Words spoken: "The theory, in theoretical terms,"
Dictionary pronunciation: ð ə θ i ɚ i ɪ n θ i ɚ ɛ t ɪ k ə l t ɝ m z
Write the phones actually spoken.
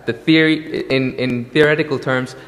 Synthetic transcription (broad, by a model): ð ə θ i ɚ i ɪ n θ i ɚ ɛ t ɪ k ə l t ɝ m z